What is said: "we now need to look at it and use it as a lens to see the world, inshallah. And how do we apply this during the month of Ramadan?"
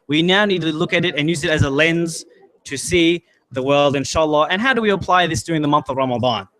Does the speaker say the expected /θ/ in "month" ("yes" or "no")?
yes